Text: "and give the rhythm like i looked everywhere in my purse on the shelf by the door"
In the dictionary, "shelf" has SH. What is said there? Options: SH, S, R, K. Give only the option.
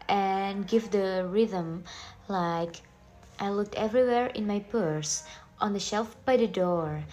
SH